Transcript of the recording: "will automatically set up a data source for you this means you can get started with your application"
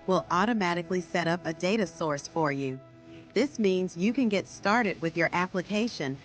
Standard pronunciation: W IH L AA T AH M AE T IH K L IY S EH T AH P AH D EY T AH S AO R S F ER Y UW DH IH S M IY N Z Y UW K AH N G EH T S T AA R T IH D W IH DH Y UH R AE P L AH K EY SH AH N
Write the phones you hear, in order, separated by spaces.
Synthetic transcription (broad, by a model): W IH L AA T AH M AE T IH K L IY S EH T AH P AH D EY T AH S AO R S F ER Y UW DH IH S M IY N Z Y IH K AH N G EH T S T AA R T IH D W IH DH Y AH R AE P L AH K EY SH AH N